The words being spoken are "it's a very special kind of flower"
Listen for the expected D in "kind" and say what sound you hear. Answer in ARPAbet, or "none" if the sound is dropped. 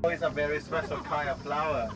none